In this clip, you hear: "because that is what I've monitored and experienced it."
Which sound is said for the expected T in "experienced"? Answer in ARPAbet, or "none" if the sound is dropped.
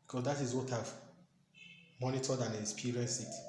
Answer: none